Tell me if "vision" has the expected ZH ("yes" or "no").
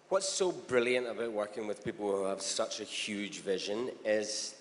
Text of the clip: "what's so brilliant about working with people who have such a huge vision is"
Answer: yes